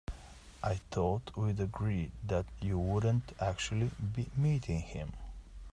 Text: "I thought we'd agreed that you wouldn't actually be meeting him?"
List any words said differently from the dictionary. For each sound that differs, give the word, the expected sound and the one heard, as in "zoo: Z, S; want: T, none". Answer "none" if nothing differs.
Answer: none